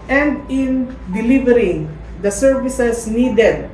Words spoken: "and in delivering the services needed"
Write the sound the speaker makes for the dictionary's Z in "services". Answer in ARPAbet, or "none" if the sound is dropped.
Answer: S